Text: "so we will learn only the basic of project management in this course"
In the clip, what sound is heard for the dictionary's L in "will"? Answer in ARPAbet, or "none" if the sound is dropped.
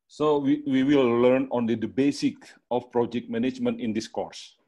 W